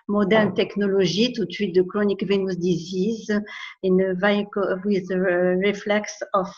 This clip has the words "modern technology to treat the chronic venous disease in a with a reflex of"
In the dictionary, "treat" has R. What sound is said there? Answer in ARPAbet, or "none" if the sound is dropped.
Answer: none